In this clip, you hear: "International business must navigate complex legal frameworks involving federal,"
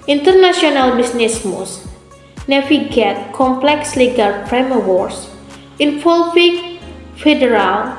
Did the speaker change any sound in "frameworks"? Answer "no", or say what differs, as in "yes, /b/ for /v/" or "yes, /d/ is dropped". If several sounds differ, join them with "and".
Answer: yes, /p/ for /f/